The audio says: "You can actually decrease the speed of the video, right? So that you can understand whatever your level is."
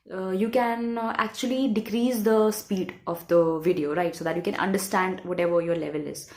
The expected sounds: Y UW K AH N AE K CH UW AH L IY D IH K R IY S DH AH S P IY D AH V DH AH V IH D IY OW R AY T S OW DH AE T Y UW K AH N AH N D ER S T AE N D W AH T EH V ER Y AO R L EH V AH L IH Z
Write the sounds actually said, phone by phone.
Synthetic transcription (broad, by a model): Y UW K AH N AE K CH UW AH L IY D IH K R IY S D AH S P IY D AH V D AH V IH D IY OW R AY T S OW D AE T Y UW K AH N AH N D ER S T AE N D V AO T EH V ER Y AO R L EH V AH L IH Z